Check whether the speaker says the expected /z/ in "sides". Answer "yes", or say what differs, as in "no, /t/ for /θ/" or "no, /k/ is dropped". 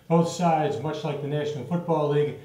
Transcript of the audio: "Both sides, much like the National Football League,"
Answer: yes